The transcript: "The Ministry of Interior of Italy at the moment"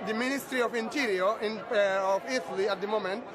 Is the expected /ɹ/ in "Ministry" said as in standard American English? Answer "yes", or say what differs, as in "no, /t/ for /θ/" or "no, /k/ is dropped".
yes